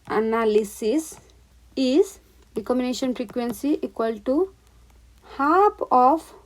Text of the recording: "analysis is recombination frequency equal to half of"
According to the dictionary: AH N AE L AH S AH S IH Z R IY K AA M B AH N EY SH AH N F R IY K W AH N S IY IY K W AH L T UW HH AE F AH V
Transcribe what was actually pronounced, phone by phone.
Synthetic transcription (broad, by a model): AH N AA L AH S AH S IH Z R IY K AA M AH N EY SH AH N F R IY K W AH N S IY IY K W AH L T UW HH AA P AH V